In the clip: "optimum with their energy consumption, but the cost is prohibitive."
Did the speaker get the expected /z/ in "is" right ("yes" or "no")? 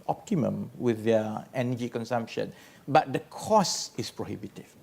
no